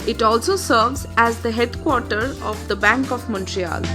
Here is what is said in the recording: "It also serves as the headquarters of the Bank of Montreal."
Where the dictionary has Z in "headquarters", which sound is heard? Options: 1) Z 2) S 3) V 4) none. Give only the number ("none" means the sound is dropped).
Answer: 4